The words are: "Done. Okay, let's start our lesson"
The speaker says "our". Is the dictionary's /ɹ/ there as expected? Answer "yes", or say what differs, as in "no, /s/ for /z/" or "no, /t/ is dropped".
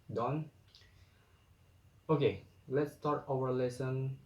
no, /w/ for /ɹ/